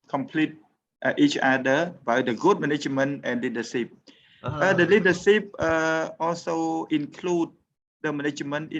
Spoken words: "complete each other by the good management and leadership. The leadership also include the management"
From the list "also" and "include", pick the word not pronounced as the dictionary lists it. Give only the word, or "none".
none